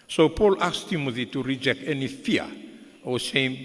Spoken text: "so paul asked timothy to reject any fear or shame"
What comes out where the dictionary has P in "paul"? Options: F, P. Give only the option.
P